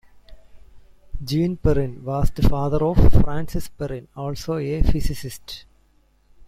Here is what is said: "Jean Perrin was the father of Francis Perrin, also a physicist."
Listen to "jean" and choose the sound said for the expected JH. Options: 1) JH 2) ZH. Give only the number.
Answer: 1